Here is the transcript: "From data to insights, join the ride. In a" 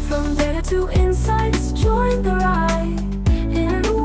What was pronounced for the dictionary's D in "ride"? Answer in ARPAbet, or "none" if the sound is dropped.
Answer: none